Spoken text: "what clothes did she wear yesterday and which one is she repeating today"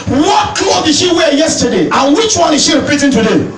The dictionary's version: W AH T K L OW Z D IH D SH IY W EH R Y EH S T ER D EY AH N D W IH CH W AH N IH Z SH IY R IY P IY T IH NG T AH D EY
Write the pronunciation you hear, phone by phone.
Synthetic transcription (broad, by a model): W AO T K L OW D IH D SH IY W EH Y EH S T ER D EY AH N W IH CH W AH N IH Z SH IY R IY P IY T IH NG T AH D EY